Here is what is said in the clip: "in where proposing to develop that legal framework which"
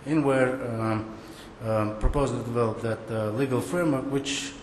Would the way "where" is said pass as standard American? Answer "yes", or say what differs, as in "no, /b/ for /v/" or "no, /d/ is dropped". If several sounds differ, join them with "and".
yes